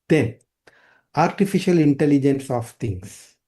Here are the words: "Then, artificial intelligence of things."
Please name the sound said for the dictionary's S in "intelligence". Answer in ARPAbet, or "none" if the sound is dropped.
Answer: S